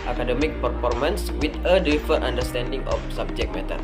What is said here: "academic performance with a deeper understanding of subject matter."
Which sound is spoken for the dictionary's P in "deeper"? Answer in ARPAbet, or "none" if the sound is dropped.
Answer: F